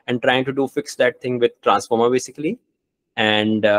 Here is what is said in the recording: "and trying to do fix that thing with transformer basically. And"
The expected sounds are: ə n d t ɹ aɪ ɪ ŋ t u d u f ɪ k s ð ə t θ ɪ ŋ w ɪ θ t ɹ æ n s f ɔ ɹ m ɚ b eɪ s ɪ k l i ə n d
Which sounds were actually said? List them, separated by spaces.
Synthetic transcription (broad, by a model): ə n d t ɹ aɪ ɪ ŋ t u d u f ɪ k s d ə t t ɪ ŋ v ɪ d t ɹ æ n s f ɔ ɹ m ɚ b eɪ s ɪ k l i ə n d